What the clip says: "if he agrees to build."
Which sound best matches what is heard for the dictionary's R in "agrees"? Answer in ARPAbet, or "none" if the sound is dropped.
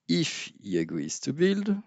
W